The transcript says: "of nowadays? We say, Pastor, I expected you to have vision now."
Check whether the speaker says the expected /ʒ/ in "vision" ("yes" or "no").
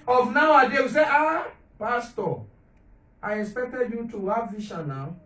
no